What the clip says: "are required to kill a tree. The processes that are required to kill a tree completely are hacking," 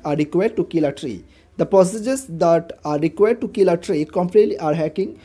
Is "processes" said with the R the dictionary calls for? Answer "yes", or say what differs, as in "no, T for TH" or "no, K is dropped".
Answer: no, R is dropped